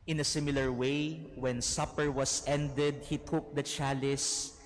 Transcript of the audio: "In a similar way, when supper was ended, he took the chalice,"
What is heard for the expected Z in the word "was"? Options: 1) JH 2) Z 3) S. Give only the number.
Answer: 3